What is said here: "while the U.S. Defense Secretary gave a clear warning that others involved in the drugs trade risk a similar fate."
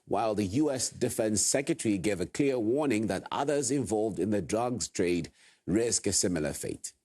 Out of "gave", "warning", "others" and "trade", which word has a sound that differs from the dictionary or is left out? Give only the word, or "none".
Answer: none